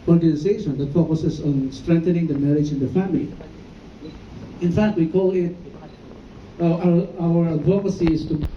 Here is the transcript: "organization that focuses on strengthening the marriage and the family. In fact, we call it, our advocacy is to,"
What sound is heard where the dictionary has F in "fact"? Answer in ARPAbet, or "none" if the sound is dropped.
F